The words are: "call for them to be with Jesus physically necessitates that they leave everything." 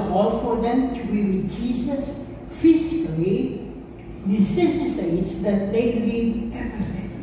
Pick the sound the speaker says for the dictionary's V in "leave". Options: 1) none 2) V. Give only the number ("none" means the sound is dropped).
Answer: 1